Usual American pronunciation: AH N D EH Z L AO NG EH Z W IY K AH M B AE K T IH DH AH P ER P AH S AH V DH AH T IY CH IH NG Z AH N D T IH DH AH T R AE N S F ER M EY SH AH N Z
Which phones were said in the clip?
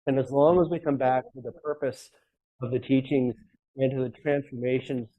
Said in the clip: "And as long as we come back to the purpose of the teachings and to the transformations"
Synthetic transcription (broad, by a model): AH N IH Z L AO NG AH Z W IY K AH M B AE K T IH DH AH P ER P AH S AH V DH AH T IY CH IH NG Z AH N T IH DH AH T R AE N S F ER M EY SH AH N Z